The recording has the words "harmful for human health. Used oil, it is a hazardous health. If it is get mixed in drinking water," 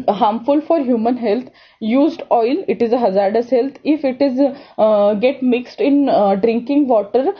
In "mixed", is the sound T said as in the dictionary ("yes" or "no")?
yes